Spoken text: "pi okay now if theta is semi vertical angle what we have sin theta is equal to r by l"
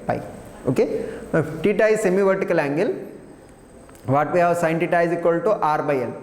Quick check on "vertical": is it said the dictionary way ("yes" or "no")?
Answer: yes